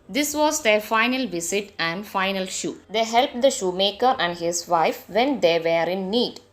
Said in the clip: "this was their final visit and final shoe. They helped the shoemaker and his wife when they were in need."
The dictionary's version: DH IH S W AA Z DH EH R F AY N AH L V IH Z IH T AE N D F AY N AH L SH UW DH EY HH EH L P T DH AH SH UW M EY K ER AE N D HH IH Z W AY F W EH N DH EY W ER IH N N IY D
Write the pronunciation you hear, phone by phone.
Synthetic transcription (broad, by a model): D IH S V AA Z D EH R F AY N AH L V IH S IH T AE N D F AY N AH L SH UW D EY HH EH L P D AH SH UW M EY K ER AE N D HH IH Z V AY F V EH N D EY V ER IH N N IY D